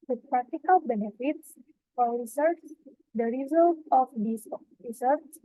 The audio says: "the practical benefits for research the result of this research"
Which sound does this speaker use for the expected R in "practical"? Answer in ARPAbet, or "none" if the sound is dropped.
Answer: R